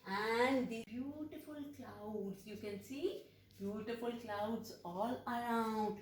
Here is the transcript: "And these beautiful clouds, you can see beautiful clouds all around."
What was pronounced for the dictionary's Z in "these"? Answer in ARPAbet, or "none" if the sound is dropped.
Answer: none